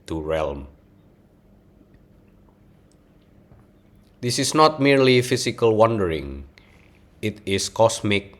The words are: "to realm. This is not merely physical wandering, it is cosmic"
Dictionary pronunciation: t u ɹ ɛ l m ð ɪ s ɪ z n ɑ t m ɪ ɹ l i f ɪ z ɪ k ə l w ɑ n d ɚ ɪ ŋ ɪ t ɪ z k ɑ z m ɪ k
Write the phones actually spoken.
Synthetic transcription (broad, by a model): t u ɹ ɛ l m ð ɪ s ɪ s n ɑ t m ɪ ɹ l i f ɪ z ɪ k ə l w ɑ n d ɚ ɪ ŋ ɪ t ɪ s k ɑ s m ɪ k